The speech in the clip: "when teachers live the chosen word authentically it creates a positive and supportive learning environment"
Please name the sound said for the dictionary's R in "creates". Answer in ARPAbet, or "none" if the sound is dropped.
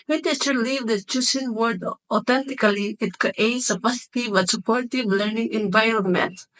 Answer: none